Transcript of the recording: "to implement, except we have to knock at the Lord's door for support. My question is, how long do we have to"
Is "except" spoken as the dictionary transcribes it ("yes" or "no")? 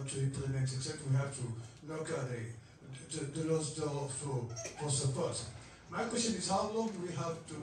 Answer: no